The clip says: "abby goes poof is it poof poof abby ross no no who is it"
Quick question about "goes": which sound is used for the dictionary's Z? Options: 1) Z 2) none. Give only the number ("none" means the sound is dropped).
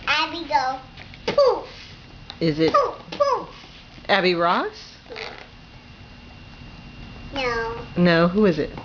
2